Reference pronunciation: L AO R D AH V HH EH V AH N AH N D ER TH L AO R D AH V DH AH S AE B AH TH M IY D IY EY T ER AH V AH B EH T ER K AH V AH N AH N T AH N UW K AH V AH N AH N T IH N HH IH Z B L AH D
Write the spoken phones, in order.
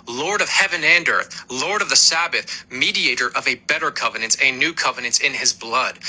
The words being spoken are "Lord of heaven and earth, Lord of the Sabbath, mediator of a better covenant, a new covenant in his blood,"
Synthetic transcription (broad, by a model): L AO R D AH V HH EH V AH N AH N D ER TH L AO R D AH V DH AH S AE B AH TH M IY D IY EY T ER AH V AH B EH T ER K AH V AH N AH N T AH N UW K AH V AH N AH N T IH N IH Z B L AH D